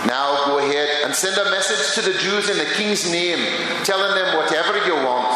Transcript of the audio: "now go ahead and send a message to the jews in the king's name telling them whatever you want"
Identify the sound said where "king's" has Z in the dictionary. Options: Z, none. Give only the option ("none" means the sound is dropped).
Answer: Z